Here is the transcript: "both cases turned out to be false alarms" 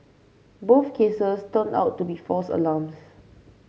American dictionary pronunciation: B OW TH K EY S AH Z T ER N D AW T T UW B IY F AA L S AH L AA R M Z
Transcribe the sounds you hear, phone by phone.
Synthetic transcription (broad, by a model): B OW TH K EY S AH S T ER N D AW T T UW B IY F AA S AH L AA M S